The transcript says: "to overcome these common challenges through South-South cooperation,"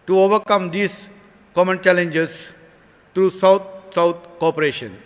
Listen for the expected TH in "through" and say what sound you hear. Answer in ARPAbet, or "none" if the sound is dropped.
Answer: T